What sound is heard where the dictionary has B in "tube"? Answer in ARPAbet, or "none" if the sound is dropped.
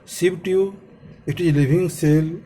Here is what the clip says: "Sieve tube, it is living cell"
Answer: none